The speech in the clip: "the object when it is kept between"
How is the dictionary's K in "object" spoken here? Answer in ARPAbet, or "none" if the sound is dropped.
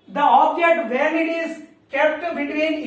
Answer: none